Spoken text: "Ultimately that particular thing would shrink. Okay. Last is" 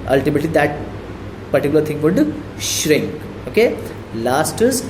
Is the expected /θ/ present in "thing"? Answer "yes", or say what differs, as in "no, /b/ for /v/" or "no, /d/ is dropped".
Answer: no, /t/ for /θ/